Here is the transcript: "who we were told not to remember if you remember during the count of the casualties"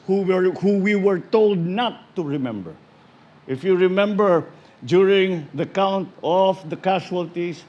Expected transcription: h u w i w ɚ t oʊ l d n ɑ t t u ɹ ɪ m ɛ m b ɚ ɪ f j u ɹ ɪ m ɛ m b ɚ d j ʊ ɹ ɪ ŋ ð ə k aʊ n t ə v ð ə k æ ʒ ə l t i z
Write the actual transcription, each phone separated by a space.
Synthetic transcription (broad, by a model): h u w i w ɚ t oʊ l d n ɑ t t u ɹ ɪ m ɛ m b ɚ ɪ f j u ɹ ɪ m ɛ m b ɚ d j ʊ ɹ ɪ ŋ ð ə k aʊ n t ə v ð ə k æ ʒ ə l t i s